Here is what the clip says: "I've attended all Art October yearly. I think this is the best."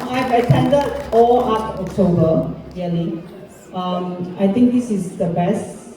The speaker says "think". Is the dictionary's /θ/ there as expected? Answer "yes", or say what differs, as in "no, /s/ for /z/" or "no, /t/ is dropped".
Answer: no, /t/ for /θ/